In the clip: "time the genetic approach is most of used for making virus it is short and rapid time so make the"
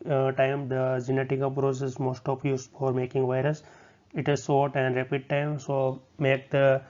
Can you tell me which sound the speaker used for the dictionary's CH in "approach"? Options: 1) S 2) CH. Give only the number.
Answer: 1